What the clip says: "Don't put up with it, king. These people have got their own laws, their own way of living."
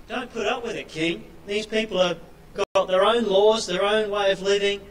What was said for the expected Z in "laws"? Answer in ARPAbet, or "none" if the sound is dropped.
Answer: Z